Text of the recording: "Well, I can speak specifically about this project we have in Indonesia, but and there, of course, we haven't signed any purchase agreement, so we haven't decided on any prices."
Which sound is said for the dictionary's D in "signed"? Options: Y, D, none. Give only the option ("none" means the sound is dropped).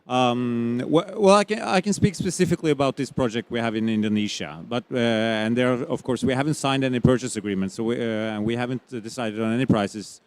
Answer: D